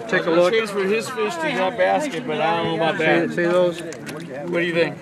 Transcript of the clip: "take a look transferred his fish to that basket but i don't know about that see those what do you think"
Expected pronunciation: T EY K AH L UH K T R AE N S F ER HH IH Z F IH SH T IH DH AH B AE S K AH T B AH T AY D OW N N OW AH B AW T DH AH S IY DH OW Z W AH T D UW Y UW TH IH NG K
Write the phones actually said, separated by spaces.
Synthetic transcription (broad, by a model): T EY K AH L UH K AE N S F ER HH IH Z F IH S T IH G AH B AE S K AH T B AH T AY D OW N N OW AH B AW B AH S IY DH OW Z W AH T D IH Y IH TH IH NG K